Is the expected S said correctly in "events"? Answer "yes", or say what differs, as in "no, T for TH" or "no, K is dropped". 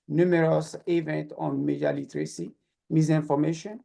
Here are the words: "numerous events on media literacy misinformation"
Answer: no, S is dropped